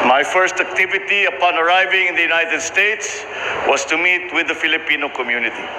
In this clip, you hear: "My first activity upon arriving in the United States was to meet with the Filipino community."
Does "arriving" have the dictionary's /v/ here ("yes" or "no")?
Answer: yes